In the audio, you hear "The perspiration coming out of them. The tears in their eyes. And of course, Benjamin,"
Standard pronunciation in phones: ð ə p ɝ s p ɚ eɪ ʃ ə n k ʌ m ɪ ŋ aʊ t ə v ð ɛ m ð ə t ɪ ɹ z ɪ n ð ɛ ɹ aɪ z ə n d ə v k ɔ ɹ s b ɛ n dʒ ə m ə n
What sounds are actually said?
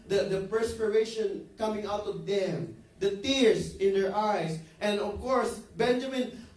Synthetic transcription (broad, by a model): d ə p ɝ s p ɚ eɪ ʃ ə n k ʌ m ɪ ŋ aʊ t ə v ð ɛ m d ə t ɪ ɹ s ɪ n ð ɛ ɹ aɪ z ə n d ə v k ɔ ɹ s b ɛ n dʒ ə m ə n